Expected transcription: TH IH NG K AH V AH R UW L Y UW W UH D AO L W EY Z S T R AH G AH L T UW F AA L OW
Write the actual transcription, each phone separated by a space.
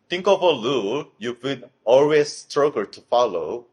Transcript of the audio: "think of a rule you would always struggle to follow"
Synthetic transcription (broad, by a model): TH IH NG K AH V AH L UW Y UW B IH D AO L W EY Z S T R AH G AH L T UW F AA L OW